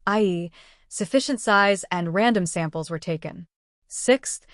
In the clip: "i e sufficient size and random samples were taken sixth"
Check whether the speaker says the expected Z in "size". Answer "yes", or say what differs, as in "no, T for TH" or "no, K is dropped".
yes